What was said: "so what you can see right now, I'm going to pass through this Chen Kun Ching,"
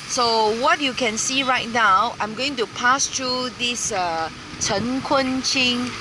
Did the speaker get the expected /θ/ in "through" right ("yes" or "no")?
no